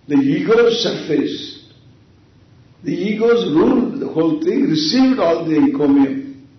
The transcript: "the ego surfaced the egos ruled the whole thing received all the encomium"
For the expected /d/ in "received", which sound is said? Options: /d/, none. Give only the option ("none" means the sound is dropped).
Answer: /d/